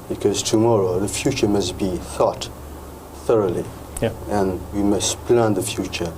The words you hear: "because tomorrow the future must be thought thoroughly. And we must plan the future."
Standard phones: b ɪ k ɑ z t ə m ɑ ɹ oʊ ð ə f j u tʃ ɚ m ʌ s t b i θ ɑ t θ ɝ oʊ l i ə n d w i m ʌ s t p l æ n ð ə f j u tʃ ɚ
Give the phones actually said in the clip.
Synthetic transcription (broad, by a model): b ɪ k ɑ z t ə m ɑ ɹ oʊ ð ə f j u tʃ ɚ m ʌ s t b i θ ɑ t θ ɝ oʊ l i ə n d w i m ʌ s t p l æ n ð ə f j u tʃ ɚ